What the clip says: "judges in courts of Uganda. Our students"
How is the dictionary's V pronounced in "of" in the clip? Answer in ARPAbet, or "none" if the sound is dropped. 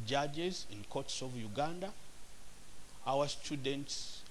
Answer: V